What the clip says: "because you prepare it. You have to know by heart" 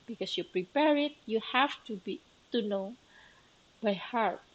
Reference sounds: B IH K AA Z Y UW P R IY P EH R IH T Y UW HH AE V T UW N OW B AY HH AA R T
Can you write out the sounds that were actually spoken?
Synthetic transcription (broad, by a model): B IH K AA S Y UW P R IY P EH R IH T Y UW HH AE B T UW N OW B AY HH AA R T